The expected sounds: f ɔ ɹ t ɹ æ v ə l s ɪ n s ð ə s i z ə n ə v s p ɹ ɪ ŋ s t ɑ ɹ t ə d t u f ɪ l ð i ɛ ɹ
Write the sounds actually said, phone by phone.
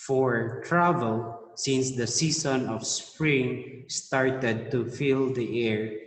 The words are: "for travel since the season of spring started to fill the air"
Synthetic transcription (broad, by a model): f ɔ ɹ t ɹ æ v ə l s ɪ n s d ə s i s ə n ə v s p ɹ ɪ ŋ s t ɑ ɹ t ə d t u f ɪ l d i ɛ ɹ